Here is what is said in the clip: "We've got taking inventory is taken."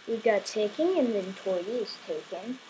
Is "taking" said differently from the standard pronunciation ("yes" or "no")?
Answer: no